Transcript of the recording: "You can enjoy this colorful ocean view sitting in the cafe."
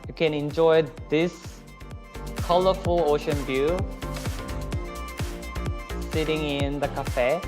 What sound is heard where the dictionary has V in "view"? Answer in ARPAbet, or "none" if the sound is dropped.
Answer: B